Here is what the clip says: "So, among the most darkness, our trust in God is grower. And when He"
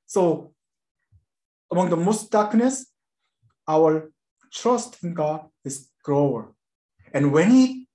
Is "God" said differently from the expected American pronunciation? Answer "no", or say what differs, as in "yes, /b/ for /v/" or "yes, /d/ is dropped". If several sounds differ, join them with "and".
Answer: yes, /d/ is dropped